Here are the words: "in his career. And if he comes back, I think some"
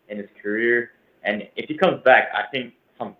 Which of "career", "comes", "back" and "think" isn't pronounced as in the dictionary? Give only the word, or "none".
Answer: none